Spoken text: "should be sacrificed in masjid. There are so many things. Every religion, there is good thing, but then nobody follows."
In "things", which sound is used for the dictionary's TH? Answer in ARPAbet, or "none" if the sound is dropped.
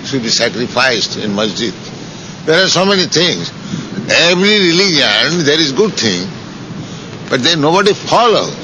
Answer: T